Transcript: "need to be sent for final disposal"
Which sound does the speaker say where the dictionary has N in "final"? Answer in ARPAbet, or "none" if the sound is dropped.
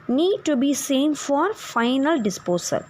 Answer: N